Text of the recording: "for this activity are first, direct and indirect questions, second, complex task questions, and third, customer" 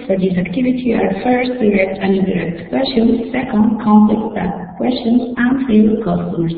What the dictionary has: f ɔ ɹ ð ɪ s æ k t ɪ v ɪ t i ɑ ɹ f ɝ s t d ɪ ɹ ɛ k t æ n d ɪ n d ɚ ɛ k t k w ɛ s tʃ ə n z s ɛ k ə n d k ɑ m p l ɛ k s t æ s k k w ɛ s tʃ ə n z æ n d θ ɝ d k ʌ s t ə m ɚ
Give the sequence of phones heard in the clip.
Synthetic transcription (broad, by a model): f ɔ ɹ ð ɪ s æ k t ɪ v ɪ t i ɑ ɹ f ɝ s t d ɪ ɹ ɛ k t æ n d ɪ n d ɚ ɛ k t k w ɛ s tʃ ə n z s ɛ k ə n d k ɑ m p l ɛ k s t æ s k k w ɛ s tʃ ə n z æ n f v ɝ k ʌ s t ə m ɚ